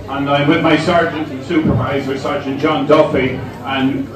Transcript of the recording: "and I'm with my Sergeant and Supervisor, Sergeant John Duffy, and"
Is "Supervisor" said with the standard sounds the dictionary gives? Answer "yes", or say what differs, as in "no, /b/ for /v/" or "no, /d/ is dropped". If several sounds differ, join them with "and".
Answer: yes